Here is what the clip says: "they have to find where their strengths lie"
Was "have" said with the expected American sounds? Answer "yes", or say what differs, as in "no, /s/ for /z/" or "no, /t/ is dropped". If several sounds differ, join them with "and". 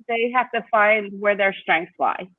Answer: no, /f/ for /v/